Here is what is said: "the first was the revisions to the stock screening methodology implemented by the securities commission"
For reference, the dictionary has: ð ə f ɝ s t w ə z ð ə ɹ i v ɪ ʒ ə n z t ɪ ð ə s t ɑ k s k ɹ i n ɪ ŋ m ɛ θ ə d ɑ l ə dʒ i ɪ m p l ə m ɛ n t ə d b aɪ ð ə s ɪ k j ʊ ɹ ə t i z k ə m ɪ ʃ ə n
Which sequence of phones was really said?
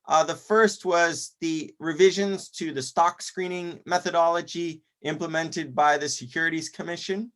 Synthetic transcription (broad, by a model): ð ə f ɝ s t w ə z ð ə ɹ i v ɪ ʒ ə n z t ɪ ð ə s t ɑ k s k ɹ i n ɪ ŋ m ɛ θ ə d ɑ l ə dʒ i ɪ m p l ə m ɛ n t ə d b aɪ ð ə s ɪ k j ʊ ɹ ə t i z k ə m ɪ ʃ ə n